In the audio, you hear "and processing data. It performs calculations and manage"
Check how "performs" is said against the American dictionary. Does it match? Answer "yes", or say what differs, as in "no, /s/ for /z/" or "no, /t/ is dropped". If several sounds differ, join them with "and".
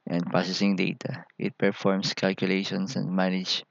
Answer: no, /s/ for /z/